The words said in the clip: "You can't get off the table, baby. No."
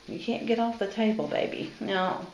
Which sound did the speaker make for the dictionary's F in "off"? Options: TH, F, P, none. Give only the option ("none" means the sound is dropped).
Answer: F